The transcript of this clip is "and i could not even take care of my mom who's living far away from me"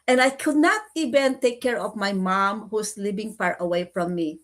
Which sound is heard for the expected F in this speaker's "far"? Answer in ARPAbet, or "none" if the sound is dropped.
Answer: P